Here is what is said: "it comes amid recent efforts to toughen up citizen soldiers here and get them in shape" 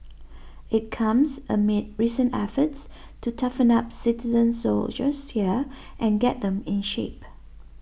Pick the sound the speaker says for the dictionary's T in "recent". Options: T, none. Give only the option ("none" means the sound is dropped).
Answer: none